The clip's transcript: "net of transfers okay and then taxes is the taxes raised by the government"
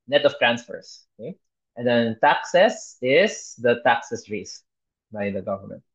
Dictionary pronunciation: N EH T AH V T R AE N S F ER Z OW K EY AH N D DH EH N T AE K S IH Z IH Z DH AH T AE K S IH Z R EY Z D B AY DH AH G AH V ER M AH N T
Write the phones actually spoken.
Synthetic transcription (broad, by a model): N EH T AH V T R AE N S F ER S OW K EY AH N D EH N T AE K S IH S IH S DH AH T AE K S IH S R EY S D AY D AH G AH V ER M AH N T